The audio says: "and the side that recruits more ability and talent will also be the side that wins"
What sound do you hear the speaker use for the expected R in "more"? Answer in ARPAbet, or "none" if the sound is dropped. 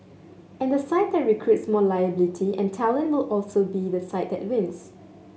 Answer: L